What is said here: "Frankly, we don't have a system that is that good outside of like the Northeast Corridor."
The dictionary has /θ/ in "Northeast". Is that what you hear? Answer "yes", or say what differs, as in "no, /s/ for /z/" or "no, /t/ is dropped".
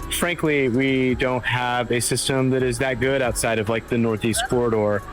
yes